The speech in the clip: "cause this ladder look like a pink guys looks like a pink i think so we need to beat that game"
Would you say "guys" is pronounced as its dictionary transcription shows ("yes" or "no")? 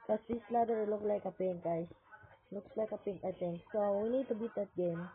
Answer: no